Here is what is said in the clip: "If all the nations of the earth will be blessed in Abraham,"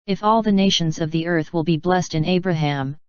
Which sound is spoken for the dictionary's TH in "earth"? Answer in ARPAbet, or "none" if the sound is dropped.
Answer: TH